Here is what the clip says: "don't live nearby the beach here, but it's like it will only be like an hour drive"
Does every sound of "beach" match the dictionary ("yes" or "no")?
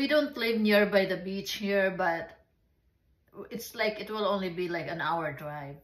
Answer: yes